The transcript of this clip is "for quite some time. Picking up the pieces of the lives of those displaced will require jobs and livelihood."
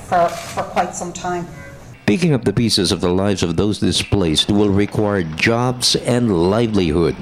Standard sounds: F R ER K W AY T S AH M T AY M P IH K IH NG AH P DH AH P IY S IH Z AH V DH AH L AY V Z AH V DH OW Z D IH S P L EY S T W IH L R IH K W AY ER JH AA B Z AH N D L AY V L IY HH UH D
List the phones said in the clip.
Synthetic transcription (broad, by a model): F R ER K W AY T S AH M T AY M P IH K IH NG AH P DH AH P IY S IH Z AH V DH AH L AY V Z AH V DH OW Z D IH S P L EY S T W IH L R IH K W AY ER JH AA B Z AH N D L AY V L IY HH UH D